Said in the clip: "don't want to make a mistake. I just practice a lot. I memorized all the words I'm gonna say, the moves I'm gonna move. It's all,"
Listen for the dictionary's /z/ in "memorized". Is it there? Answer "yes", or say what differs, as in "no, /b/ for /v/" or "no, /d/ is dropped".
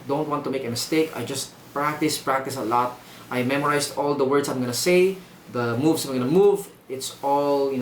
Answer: no, /s/ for /z/